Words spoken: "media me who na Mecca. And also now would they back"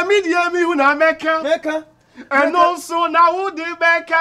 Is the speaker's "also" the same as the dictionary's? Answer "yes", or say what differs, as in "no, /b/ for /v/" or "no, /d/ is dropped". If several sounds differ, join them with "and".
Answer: no, /l/ is dropped